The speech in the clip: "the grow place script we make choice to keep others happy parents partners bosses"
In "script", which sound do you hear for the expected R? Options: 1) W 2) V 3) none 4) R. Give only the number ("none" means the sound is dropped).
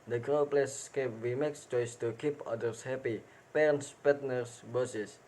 3